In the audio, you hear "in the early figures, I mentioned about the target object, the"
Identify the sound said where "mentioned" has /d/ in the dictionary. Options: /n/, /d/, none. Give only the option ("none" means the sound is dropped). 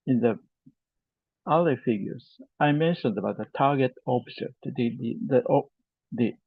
/d/